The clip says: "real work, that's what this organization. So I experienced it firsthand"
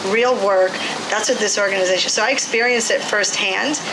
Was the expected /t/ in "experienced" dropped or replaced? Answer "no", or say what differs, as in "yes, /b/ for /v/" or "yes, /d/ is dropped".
no